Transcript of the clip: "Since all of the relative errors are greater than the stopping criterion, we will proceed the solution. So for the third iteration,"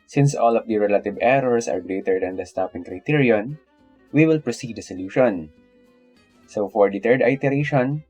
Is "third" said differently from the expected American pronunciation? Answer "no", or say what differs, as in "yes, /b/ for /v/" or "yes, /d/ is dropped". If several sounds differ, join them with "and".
yes, /t/ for /θ/